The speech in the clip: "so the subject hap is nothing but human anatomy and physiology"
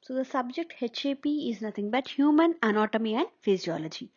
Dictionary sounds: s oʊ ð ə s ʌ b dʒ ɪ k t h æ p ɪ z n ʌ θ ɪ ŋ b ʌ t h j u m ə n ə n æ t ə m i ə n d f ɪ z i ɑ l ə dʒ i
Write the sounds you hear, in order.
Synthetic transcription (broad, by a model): s oʊ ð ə s ʌ b dʒ ɪ k t h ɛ p ɪ z n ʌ t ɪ ŋ b ʌ t h j u m ə n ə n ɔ t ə m i ə n d f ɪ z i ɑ l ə dʒ i